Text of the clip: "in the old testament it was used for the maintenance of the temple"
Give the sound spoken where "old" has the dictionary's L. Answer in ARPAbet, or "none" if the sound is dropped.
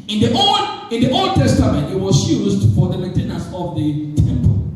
L